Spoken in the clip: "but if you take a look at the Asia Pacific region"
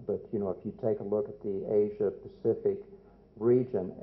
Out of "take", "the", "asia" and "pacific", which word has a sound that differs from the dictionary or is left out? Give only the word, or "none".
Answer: none